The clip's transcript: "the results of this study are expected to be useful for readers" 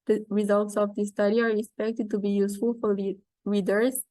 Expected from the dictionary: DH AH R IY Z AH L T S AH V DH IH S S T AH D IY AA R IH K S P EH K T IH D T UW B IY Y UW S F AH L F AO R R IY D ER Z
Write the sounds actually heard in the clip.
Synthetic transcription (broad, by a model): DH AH R IY Z AH L T S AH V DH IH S S T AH D IY AA R IH K S P EH K T IH D T UW B IY Y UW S F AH L F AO R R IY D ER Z